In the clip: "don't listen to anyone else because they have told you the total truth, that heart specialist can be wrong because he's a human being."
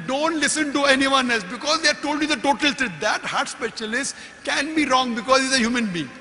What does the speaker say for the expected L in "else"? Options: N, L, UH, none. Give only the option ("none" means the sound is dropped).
L